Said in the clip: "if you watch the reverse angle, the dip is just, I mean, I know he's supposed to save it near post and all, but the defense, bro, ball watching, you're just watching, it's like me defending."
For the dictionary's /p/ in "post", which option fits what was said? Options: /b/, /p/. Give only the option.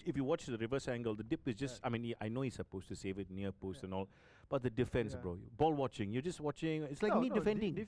/p/